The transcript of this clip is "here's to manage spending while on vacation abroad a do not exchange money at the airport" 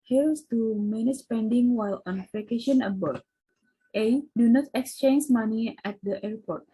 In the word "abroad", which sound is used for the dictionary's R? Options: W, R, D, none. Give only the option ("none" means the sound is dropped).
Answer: none